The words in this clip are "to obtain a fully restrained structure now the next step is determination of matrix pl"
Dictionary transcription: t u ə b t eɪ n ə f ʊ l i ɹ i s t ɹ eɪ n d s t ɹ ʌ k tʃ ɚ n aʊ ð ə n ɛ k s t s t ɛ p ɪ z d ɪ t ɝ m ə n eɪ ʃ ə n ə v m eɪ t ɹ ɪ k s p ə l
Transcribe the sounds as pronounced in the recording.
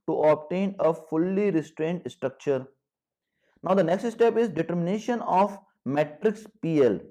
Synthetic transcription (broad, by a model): t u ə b t eɪ n ə f ʊ l i ɹ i s t ɹ eɪ n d s t ɹ ʌ k tʃ ɚ n aʊ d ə n ɛ k s t s t ɛ p ɪ z d ɪ t ɝ m ə n eɪ ʃ ə n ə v m eɪ t ɹ ɪ k s p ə l